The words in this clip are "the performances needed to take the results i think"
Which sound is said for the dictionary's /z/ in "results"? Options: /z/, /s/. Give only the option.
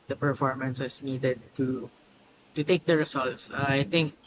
/s/